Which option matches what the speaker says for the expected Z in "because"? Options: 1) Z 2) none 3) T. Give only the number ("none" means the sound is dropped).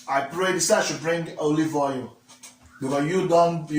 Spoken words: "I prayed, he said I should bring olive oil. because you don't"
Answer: 2